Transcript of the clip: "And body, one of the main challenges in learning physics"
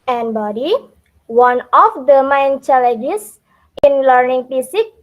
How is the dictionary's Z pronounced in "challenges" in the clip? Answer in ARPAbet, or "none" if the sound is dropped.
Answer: S